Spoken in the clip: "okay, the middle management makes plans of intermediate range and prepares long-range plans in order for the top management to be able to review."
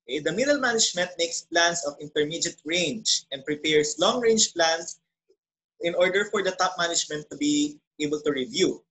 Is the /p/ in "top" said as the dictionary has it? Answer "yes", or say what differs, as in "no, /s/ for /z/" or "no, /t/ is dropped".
yes